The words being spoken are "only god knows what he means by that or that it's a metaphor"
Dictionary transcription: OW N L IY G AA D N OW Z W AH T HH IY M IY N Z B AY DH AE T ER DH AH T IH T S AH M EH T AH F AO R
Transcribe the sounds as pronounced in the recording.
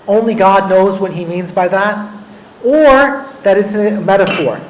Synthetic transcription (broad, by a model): OW N L IY G AA D N OW Z W AH T HH IY M IY N Z B AY DH AE T ER DH AH T IH T S AH M EH T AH F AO R